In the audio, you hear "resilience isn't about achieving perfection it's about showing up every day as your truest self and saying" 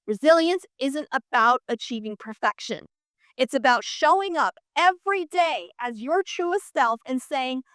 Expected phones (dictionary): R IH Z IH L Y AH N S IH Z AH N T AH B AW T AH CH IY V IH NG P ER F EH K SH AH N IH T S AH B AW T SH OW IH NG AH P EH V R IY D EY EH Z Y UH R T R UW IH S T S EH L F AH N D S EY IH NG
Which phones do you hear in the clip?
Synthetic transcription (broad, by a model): R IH Z IH L Y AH N S IH Z AH N T AH B AW T AH CH IY V IH NG P ER F EH K SH AH N IH T S AH B AW T SH OW IH NG AH P EH V R IY D EY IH Z Y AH R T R UW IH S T S EH L F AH N S EY IH NG